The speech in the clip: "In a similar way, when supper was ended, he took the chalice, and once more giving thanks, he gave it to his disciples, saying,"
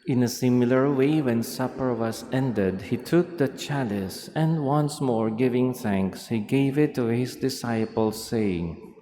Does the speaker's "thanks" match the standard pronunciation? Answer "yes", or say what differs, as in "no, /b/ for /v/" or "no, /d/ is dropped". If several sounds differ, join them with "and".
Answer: yes